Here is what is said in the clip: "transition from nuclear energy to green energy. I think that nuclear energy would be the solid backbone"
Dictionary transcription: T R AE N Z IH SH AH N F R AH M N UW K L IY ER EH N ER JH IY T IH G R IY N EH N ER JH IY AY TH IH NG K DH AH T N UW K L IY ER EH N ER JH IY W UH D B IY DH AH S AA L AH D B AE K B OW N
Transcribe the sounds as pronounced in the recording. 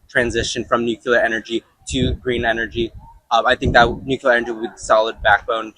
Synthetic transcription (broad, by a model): T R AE N Z IH SH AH N F R AH M N UW K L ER EH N ER JH IY T IH G R IY N EH N ER JH IY AY TH IH NG K DH AH T N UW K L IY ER EH N ER JH IY W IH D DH S AA L AH D B AE K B OW N